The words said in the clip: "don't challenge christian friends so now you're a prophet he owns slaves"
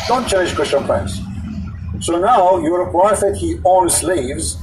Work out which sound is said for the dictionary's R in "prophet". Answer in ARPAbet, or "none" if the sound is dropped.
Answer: none